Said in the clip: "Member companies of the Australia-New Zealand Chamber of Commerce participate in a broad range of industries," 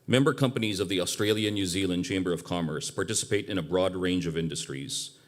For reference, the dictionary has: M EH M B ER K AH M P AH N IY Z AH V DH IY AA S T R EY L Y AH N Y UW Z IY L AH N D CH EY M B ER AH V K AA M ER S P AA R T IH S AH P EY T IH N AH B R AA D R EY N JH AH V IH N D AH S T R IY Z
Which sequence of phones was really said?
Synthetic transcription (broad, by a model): M EH M B ER K AH M P AH N IY Z AH V DH IY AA S T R EY L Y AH N Y UW Z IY L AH N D CH EY M B ER AH V K AA M ER S P AA R T IH S AH P EY T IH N AH B R AA D R EY N JH AH V IH N D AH S T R IY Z